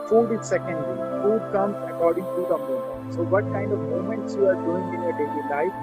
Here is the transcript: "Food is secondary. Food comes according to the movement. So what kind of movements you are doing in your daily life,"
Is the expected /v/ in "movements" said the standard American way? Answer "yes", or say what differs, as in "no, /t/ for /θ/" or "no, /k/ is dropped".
no, /v/ is dropped